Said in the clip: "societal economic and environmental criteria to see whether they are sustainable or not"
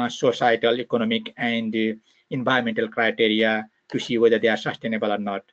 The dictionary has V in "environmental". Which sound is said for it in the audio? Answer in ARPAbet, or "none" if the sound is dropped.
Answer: B